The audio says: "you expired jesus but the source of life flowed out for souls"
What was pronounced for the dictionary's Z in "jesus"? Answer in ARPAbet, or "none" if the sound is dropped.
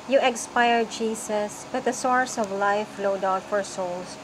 S